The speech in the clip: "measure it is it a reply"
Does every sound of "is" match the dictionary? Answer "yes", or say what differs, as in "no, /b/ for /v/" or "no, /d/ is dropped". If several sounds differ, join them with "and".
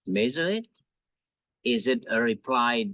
yes